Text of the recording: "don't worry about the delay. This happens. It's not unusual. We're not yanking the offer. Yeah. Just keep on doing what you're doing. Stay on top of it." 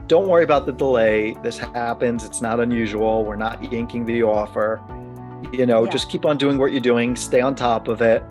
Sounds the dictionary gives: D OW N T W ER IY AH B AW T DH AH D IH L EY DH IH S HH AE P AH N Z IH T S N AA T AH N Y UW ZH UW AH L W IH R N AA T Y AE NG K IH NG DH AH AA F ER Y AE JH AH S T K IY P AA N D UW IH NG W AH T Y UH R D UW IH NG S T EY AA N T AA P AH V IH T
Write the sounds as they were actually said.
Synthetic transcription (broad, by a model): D OW N T W ER IY AH B AW T DH AH D IH L EY DH IH S HH AE P AH N Z IH T S N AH T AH N Y UW ZH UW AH L W IH R N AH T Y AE NG K IH NG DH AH AA F ER Y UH JH AH S K IY P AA N D UW IH NG W AH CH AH R D UW IH NG S T EY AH N T AA P AH V IH T